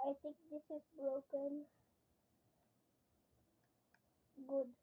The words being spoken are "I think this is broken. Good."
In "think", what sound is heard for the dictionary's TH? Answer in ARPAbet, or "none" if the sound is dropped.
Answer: T